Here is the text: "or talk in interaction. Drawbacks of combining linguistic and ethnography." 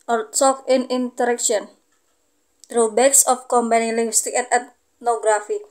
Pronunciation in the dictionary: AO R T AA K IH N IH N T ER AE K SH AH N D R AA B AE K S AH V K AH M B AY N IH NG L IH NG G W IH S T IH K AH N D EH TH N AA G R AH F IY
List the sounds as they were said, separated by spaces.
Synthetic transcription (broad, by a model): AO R S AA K IH N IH N T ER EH K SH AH N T R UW B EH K S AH F K AH M B AY N IH NG L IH NG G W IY S T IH K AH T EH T N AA G R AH F IY